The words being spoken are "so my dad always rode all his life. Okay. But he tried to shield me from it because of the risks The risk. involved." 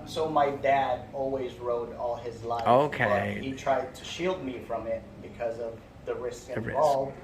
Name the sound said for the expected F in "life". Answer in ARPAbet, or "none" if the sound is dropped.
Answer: none